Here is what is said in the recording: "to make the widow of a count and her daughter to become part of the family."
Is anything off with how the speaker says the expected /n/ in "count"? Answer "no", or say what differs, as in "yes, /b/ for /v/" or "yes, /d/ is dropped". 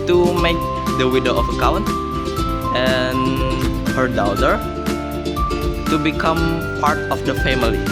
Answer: no